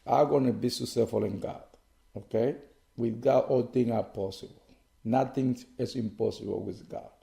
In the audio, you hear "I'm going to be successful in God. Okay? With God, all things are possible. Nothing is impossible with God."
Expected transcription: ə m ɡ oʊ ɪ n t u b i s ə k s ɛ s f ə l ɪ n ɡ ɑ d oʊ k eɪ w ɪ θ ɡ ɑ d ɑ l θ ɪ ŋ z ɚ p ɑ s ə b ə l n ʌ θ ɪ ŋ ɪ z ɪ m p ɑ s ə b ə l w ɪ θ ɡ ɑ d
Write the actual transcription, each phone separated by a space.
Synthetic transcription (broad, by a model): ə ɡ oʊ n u b i s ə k s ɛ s f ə l ɪ n ɡ ɑ d oʊ k eɪ w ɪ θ ɡ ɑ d ɑ l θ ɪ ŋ ɚ p ɑ s ə b ə l n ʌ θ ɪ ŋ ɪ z ɪ m p ɑ s ə b ə l w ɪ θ ɡ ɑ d